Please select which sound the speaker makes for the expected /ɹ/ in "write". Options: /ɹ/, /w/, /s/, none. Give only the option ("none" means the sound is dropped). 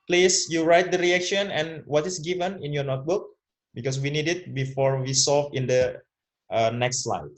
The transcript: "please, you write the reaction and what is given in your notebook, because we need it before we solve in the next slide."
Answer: /ɹ/